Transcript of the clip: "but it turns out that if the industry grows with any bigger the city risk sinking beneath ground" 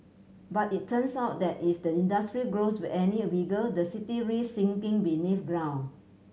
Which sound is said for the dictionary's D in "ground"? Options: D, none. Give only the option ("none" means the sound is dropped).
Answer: none